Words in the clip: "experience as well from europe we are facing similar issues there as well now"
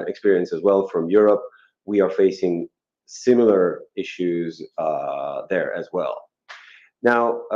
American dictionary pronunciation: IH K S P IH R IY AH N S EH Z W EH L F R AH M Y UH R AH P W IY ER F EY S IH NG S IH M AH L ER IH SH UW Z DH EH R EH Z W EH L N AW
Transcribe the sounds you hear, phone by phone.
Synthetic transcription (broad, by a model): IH K S P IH R IY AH N S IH Z W EH L F R AH M Y UH R AH P W IY ER F EY S IH NG S IH M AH L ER IH SH UW Z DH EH R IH Z W EH L N AW